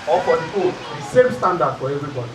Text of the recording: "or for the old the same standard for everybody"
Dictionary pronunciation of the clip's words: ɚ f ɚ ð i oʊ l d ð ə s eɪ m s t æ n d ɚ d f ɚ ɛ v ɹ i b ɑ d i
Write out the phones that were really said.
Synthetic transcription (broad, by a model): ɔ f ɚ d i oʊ d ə s eɪ m s t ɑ n d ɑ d f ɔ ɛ v ɹ i b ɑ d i